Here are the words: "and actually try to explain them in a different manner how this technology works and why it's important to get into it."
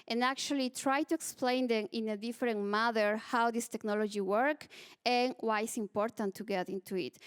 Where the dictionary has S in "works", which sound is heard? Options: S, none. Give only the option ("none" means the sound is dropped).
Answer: none